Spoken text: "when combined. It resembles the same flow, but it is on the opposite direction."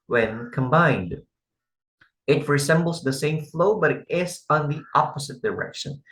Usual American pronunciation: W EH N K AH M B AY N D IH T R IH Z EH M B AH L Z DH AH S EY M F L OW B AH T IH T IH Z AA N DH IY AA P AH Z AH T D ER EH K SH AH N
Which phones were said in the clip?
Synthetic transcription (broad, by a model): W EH N K AH M B AY N D IH T R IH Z EH M B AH L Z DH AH S EY M F L OW B AH T IH T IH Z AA N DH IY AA P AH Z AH T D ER EH K SH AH N